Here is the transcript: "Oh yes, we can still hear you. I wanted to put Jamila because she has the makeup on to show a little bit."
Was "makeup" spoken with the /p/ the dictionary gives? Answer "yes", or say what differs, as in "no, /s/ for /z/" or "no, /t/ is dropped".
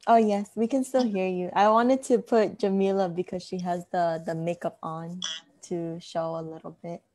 yes